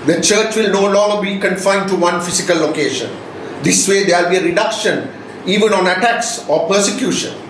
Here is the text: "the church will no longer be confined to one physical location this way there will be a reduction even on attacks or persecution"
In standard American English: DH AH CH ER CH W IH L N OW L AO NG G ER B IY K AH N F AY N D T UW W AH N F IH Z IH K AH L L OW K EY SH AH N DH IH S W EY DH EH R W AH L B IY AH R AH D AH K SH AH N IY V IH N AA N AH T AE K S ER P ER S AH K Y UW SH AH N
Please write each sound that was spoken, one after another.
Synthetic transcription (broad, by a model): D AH CH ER CH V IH L N OW L AO NG G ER B IY K AH N F AY N D T UW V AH N F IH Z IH K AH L L OW K EY SH AH N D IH S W EY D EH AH L B IY AH R AH D AH K SH AH N IY V IH N AA N AH T AE K S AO P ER S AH K Y UW SH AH N